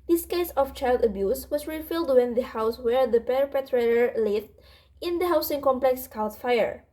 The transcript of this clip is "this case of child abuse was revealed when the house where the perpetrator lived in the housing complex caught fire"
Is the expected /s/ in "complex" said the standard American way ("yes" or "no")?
yes